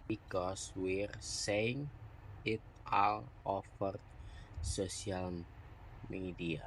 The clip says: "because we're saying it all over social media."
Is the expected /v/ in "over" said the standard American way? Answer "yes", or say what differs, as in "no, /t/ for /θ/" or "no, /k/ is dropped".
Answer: no, /f/ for /v/